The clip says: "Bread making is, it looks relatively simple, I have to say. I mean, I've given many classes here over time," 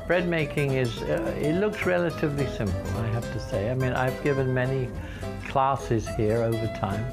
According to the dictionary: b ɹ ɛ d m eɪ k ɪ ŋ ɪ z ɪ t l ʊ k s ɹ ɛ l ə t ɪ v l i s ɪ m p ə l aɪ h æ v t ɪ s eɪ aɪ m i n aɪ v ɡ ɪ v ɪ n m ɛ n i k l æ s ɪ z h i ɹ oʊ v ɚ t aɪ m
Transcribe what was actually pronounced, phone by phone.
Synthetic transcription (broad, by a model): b ɹ ɛ d m eɪ k ɪ ŋ ɪ z ɪ t l ʊ k s ɹ ɛ l ə t ɪ v l i s ɪ m p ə l aɪ h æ f t ɪ s eɪ aɪ m i n aɪ v ɡ ɪ v ɪ n m ɛ n i k l æ s ɪ z h i ɹ oʊ v ɚ t aɪ m